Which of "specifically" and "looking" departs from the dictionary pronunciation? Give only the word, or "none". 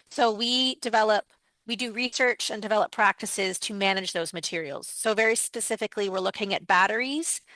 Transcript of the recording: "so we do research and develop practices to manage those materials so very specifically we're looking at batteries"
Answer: none